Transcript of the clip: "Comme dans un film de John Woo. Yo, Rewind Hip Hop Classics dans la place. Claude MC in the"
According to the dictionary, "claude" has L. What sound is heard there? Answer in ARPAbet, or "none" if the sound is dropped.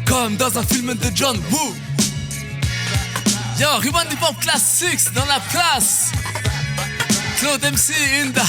L